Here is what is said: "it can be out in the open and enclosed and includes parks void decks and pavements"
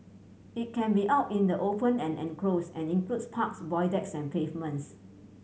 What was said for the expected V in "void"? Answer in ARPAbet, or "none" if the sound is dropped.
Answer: B